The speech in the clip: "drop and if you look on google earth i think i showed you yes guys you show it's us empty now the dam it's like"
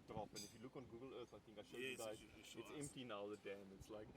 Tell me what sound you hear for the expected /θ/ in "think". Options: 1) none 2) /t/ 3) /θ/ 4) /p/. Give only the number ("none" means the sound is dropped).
3